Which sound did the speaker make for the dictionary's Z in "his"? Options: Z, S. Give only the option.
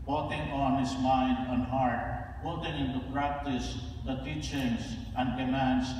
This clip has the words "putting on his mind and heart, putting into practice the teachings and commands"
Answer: S